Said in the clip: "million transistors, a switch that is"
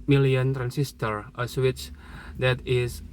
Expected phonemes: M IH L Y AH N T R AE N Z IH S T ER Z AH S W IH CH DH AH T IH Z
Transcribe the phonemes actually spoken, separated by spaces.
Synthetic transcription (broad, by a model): M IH L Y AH N T R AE N S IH S T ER AH S W IH CH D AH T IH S